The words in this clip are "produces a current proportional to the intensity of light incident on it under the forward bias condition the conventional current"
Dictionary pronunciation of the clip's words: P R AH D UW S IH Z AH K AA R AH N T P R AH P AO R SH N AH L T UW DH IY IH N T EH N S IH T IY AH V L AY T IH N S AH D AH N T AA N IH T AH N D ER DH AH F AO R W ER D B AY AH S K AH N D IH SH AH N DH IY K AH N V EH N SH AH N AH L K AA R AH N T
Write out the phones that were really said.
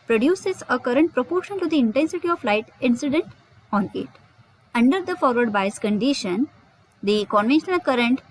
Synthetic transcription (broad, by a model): P R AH D UW S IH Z AH K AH R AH N T P R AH P AO R SH AH N T UW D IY IH N T EH N S IH T IY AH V L AY T IH N S AH D AH N T AA N IH T AH N D ER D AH F AO R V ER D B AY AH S K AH N D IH SH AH N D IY K AH N V EH N SH AH N AH L K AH R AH N T